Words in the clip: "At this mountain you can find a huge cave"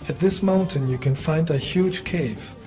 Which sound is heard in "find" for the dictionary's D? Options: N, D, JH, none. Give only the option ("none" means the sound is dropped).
D